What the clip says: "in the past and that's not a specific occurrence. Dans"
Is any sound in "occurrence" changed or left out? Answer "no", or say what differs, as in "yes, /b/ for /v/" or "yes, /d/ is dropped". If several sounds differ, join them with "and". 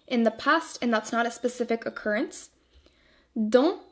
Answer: no